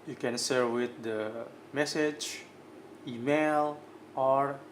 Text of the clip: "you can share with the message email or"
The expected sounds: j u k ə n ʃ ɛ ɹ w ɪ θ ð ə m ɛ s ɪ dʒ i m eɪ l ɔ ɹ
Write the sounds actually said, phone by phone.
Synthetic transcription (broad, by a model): j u k ə n s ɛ ɹ w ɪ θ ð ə m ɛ s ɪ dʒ i m eɪ l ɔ ɹ